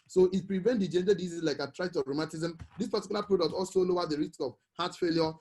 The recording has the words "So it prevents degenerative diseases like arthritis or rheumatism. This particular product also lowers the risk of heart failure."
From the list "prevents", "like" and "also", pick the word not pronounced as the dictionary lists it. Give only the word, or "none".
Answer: prevents